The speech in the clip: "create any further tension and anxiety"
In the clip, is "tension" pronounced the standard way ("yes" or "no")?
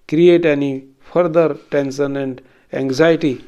no